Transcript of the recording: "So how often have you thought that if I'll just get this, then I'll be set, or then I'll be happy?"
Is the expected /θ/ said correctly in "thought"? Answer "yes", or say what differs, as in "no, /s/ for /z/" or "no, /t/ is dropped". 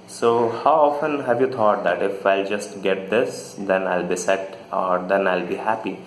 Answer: no, /t/ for /θ/